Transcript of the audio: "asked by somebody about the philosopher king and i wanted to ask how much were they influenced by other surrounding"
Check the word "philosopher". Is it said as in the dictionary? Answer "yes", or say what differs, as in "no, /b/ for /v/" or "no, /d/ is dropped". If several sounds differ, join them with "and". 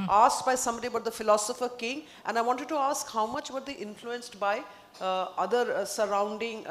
yes